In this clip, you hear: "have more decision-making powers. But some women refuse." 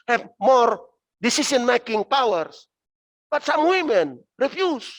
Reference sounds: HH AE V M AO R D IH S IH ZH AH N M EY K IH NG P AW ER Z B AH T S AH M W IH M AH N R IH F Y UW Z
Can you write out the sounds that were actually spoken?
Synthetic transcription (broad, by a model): HH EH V M AO R D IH S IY S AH N M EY K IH NG P AW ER S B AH T S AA M W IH M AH N R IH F Y UW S